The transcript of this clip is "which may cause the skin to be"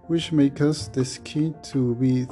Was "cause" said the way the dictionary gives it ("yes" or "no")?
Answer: no